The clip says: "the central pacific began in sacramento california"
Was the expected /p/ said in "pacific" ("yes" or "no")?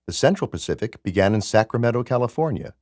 yes